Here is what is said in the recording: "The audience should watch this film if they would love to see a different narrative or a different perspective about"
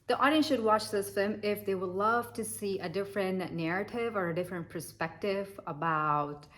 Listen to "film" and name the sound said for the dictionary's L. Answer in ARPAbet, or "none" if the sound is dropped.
none